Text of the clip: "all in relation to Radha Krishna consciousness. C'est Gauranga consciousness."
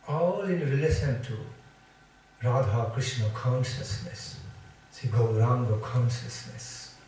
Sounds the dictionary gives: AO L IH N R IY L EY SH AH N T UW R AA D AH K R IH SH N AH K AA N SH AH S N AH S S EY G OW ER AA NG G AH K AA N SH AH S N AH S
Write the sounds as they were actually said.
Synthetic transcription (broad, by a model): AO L IH N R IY L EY S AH N T UW R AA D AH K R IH S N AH K AA N SH AH S N AH S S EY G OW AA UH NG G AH K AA N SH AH S N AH S